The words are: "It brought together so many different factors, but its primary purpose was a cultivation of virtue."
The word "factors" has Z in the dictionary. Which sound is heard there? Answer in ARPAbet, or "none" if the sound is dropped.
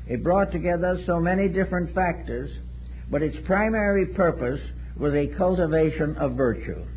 Z